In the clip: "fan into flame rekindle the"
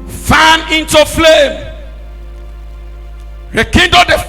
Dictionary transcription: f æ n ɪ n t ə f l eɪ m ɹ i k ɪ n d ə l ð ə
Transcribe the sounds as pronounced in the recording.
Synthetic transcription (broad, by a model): f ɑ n ɪ n t ə f l eɪ m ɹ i k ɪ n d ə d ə